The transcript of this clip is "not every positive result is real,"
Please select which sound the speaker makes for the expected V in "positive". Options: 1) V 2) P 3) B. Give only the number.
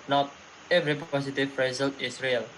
2